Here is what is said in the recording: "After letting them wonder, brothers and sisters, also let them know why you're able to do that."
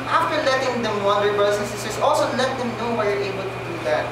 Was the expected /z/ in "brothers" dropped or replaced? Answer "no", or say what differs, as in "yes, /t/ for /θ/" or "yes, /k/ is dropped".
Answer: yes, /s/ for /z/